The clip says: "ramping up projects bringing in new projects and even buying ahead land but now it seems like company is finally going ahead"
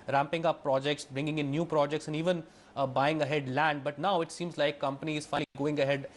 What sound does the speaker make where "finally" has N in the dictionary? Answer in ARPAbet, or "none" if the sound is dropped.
none